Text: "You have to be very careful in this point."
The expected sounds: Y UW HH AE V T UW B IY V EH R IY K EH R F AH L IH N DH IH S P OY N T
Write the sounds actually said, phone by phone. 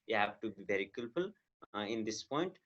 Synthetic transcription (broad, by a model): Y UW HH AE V T UW B IY V EH R IY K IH L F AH L IH N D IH S P OY N T